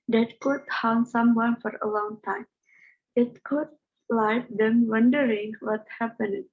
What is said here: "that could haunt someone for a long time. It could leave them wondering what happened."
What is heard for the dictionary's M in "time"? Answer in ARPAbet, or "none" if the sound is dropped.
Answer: M